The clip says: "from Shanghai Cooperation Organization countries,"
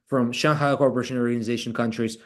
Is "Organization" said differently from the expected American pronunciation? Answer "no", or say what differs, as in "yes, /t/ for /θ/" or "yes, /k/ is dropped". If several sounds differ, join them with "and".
no